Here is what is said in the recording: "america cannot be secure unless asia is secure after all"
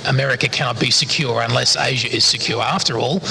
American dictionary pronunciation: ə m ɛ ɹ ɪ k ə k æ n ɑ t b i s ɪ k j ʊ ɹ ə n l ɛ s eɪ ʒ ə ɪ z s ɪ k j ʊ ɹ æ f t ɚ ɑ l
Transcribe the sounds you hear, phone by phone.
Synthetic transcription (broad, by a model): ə m ɛ ɹ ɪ k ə k æ n ɑ t b i s ɪ k j ʊ ɹ ə n l ɛ s eɪ ʒ ə ɪ z s ɪ k j ʊ ɹ æ f t ɚ ɑ l